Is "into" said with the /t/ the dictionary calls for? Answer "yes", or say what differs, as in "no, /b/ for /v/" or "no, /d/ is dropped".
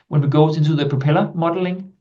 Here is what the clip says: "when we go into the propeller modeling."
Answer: no, /s/ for /t/